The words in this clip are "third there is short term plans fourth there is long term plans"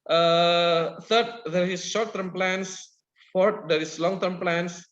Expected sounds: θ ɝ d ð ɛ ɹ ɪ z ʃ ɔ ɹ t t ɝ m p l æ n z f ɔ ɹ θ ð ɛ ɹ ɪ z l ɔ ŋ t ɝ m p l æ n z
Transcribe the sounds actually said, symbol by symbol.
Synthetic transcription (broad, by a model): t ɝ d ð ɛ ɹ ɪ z ʃ ɔ ɹ t t ɝ m p l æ n s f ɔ ɹ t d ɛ ɹ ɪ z l ɔ ŋ t ɝ m p l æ n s